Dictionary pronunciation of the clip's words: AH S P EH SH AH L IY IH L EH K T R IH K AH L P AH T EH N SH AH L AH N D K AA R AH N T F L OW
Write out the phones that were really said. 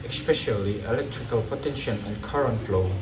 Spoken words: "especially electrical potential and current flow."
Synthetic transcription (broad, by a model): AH S P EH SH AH L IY IH L EH K T R IH K AH L P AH T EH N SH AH N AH N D K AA R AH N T F L OW